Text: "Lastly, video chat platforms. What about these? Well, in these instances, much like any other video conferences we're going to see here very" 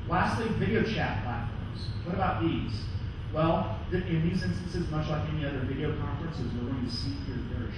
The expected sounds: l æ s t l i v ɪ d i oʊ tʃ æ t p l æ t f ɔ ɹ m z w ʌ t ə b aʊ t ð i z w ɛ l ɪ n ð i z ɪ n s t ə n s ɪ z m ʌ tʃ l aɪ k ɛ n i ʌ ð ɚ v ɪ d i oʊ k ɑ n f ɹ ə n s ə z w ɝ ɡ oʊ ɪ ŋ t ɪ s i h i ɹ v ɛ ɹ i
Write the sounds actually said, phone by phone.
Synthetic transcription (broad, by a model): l æ s t l i v ɪ d i oʊ tʃ æ t p l æ t f ɔ ɹ m z w ʌ t ə b aʊ t ð i z w ɛ l ɪ n ð i z ɪ n s t ə n s ɪ z m ʌ tʃ l aɪ k ɛ n i ʌ ð ɚ v ɪ d i oʊ k ɑ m f ɹ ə n s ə z w ɝ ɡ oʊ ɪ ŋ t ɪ s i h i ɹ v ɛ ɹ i